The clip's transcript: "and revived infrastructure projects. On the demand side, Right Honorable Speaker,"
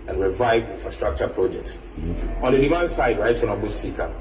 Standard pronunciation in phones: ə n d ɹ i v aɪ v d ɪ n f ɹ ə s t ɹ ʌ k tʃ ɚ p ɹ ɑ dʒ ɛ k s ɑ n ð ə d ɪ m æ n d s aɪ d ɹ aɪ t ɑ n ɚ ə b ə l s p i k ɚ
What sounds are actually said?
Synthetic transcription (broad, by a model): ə n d ɹ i v aɪ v ɪ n f ɹ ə s t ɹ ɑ k tʃ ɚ p ɹ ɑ dʒ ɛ k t ɑ n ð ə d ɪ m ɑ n s aɪ d ɹ aɪ t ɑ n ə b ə s p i k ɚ